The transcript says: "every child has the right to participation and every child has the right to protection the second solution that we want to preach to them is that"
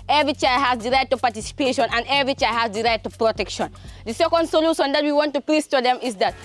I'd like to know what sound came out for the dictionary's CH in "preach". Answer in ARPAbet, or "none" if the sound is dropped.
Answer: S